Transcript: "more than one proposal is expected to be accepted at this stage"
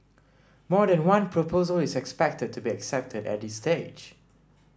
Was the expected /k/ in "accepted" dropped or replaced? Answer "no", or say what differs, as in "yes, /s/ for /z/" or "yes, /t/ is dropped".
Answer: no